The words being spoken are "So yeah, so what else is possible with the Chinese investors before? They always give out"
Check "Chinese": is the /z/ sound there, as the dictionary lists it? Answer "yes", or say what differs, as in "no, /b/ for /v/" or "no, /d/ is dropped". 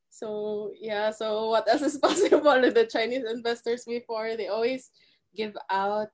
no, /s/ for /z/